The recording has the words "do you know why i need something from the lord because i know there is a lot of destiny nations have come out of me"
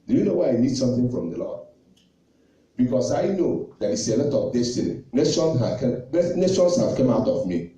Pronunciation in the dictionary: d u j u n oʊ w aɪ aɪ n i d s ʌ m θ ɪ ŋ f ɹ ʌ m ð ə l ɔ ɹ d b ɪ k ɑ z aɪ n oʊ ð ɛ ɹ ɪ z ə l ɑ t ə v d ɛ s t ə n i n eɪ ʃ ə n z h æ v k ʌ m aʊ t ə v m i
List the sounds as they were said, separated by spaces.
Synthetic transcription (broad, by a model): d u j u n oʊ w aɪ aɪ n i d s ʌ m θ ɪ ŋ f ɹ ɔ m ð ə l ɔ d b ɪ k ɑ s aɪ n oʊ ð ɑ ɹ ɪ s ə l ɑ t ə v d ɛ s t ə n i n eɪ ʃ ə n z h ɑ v k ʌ m aʊ t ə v m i